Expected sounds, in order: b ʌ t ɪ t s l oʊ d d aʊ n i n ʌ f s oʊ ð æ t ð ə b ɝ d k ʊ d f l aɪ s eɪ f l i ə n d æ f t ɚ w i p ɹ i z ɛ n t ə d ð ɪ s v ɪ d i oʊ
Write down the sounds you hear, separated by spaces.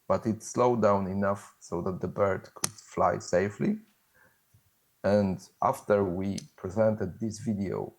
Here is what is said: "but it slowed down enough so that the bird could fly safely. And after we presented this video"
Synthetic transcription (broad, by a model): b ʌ t ɪ t s l oʊ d d aʊ n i n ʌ f s oʊ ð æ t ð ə b ɝ d k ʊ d f l aɪ s eɪ f l i ə n d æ f t ɚ w i p ɹ i z ɛ n t ə d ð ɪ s v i d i oʊ